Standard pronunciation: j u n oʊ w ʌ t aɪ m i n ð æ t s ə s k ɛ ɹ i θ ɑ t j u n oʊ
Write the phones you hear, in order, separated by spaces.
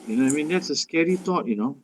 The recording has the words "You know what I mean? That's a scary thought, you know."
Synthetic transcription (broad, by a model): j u n oʊ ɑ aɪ m i n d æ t s ə s k ɛ ɹ i t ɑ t j u n oʊ